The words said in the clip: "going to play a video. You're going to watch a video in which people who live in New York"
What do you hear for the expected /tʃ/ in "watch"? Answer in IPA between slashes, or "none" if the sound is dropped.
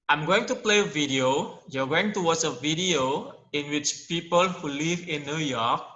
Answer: /s/